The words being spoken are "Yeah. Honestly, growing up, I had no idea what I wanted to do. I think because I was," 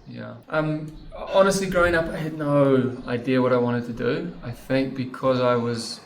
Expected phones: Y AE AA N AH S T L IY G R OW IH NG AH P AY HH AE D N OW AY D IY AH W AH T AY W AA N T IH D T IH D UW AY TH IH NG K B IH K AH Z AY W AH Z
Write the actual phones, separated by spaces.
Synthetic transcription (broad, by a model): Y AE AA N AH S T L IY G R OW IH NG AH P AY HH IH D N OW AY D IY AH W AH T AY W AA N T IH D T IH D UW AY TH IH NG K B IH K AH Z AY W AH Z